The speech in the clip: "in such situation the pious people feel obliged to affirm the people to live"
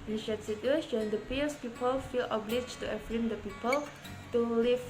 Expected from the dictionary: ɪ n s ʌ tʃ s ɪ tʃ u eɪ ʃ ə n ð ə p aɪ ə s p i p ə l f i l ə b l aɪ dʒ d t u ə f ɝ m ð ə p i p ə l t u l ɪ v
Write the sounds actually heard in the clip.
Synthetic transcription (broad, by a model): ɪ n ʃ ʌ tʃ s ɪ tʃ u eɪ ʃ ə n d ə p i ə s p i p ə l f i l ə b l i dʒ t u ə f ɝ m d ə p i p ə l t u l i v